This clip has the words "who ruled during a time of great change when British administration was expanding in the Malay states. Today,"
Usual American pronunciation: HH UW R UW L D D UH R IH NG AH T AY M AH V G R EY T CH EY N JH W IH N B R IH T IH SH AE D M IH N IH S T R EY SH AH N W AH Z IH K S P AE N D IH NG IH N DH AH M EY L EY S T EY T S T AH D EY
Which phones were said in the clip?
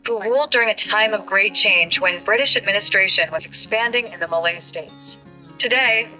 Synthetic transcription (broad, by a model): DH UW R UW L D D UH R IH NG AH T AY M AH V G R EY T CH EY N JH W IH N B R IH T IH SH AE D M IH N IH S T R EY SH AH N W AH Z IH K S P AE N D IH NG IH N DH AH M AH L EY S T EY T S T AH D EY